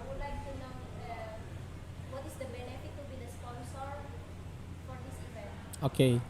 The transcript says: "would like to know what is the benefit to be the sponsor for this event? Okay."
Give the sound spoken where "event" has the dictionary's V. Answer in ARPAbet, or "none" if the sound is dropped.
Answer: P